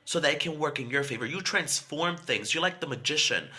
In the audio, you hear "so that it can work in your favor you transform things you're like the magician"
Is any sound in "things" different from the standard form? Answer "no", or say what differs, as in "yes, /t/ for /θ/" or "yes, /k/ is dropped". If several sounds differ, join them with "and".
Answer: no